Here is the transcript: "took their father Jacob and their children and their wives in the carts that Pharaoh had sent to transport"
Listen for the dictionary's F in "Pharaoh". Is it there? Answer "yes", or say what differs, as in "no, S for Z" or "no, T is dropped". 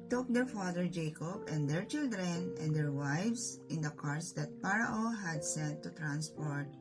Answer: no, P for F